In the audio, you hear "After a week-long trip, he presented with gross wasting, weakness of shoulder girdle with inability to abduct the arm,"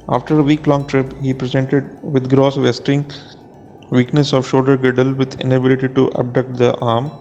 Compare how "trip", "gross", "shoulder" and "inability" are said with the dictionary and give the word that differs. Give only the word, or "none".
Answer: shoulder